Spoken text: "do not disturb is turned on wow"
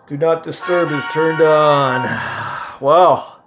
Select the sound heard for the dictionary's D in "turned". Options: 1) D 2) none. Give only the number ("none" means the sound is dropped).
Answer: 1